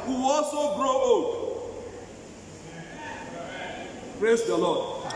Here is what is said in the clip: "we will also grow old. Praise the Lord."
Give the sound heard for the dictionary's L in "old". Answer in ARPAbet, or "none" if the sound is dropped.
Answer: none